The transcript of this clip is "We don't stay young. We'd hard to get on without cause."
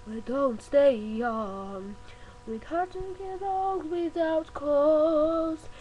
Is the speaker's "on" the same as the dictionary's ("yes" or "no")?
no